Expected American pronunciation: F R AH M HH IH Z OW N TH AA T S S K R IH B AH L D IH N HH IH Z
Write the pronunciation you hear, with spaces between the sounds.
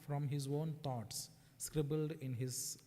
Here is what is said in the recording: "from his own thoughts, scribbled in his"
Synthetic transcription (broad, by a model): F R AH M HH IH Z OW N T AA T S S K R IH B AH L D IH N HH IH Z